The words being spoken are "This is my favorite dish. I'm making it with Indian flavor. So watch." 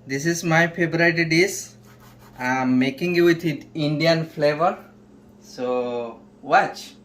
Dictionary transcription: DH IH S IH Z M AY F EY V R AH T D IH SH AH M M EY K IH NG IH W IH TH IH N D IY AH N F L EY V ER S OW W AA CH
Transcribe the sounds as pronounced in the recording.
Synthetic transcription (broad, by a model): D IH S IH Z M AY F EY B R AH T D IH S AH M M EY K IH NG IH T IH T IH N D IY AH N F L EY V ER S OW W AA CH